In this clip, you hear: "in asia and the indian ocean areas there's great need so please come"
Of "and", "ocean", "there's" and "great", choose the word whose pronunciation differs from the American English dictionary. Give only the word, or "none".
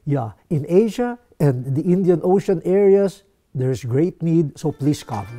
there's